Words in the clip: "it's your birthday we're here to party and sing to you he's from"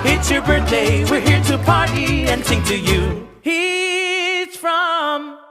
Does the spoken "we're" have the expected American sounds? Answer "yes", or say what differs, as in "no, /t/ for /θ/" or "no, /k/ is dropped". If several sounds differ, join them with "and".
yes